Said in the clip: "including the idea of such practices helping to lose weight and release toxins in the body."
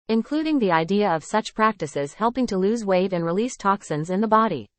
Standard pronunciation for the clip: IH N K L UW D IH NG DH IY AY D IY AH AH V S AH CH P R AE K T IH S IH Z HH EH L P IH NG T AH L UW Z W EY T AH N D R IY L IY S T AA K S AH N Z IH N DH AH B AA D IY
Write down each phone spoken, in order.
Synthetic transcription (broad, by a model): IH N K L UW D IH NG DH IY AY D IY AH AH V S AH CH P R AE K T IH S IH Z HH EH L P IH NG T AH L UW Z W EY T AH N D R IY L IY S T AA K S AH N Z IH N DH AH B AA D IY